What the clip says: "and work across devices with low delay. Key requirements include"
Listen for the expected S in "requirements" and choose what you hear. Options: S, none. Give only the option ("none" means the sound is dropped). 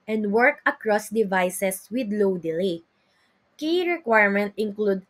none